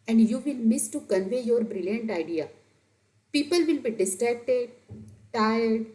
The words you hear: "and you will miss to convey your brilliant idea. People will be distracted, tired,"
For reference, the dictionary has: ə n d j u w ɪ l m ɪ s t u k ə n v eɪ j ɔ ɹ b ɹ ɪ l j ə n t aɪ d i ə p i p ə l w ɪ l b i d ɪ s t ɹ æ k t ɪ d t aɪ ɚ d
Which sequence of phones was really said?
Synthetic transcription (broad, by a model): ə n d j u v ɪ l m ɪ s t u k ə n v eɪ j ɔ ɹ b ɹ ɪ l j ə n t aɪ d i ə p i p ə l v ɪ l b i d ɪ s t ɹ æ k t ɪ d t aɪ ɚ d